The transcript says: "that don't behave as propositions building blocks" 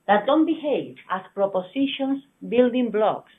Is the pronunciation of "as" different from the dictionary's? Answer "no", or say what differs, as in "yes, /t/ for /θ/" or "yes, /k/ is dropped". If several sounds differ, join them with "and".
yes, /s/ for /z/